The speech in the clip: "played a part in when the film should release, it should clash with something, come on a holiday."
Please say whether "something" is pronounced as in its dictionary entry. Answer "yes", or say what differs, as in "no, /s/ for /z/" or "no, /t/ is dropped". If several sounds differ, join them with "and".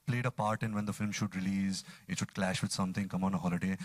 no, /t/ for /θ/